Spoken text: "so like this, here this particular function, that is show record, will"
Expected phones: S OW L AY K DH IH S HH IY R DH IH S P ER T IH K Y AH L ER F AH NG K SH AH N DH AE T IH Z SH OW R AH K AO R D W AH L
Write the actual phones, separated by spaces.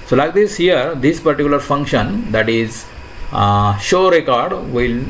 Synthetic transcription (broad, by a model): S OW L AY K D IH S HH IY R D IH S P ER T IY K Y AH L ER F AH NG K SH AH N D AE T IH Z SH OW R AH K AO R D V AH L